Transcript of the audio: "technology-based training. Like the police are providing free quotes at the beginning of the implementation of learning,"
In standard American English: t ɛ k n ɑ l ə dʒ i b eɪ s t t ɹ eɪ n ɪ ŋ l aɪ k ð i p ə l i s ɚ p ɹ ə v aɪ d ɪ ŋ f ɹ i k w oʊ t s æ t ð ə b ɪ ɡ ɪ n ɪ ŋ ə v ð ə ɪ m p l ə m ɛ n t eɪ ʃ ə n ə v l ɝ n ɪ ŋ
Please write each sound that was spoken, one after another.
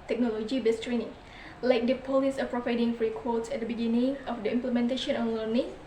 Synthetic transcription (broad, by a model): t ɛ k n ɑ l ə dʒ i b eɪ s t t ɹ eɪ n ɪ ŋ l aɪ k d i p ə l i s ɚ p ɹ ə v aɪ d ɪ ŋ f ɹ i k w oʊ t s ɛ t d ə b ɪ ɡ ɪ n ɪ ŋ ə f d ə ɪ m p l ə m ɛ n t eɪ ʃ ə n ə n l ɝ n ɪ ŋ